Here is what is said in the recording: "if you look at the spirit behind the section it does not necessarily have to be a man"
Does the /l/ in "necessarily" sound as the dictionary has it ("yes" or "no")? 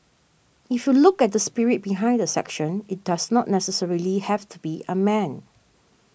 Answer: yes